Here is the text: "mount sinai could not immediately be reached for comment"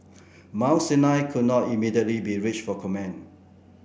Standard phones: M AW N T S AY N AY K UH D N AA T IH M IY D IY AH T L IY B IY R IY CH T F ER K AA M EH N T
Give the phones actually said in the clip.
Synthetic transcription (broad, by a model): M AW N S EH N AY K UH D N AA T IH M IY D IY AH T L IY B IY R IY CH F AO K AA M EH N